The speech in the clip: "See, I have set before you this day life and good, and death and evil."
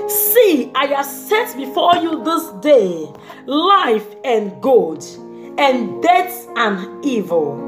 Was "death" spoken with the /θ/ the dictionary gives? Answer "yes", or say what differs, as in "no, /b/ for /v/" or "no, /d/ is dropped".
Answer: no, /s/ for /θ/